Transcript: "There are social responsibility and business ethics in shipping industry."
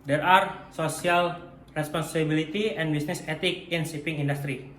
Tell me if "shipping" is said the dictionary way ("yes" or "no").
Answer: no